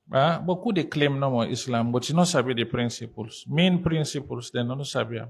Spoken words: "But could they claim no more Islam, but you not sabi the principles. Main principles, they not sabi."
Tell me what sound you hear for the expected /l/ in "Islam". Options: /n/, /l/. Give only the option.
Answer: /l/